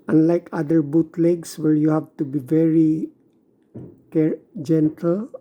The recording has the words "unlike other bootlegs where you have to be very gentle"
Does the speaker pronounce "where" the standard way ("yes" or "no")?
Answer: no